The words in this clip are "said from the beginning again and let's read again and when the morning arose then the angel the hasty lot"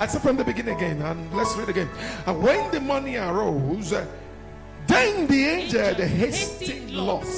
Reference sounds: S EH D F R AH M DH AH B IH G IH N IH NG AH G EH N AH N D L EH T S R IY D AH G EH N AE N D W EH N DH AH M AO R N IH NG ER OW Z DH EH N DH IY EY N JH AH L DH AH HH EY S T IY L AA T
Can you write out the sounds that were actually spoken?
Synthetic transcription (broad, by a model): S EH F R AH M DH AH B IH G IH N IH NG AH G EH N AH N L EH T S R IY D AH G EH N N W EH N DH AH M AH N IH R OW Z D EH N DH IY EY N JH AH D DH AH HH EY S T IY L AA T